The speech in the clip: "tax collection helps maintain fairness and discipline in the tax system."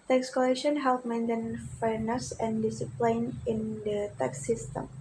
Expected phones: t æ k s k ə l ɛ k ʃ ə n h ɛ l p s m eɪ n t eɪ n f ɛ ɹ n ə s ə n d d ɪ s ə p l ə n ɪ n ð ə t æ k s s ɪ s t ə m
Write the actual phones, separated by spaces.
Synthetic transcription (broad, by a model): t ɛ k s k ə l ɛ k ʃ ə n h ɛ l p m eɪ n t eɪ n f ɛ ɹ n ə s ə n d d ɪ s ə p l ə n ɪ n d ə t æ k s s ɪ s t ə m